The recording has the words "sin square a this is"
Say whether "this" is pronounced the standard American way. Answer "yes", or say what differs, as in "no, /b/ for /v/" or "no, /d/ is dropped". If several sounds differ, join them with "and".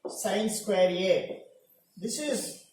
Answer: yes